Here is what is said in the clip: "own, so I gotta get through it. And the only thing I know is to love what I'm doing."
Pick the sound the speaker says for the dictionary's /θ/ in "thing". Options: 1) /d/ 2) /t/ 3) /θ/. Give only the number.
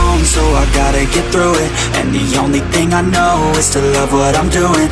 3